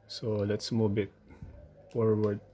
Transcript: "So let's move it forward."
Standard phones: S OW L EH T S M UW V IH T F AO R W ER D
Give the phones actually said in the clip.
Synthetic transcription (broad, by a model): S OW L EH T S M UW B IH T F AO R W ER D